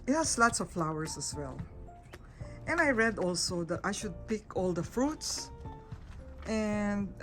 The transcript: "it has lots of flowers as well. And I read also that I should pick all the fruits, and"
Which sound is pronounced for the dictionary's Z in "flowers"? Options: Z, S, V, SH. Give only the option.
S